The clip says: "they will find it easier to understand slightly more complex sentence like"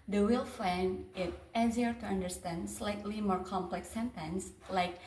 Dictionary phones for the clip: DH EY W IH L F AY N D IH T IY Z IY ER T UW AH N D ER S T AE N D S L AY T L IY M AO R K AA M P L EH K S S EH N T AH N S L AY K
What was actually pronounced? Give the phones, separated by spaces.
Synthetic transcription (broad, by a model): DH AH W IH L F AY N IH T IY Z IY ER T UW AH N D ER S T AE N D S L AY T L IY M AO R K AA M P L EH K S S EH N T AH N S L AY K